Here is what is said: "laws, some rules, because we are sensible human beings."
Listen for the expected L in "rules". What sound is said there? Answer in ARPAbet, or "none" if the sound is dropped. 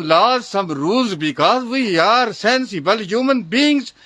none